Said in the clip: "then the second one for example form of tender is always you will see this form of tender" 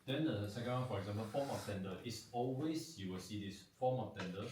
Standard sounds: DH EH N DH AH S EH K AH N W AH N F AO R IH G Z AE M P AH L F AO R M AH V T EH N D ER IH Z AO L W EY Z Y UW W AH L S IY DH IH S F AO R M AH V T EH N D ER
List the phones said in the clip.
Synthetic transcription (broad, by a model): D EH N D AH S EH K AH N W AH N F AO R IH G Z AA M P AH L F AO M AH F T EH N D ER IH S AO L W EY S Y UW W AH L S IY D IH S F AO M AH F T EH N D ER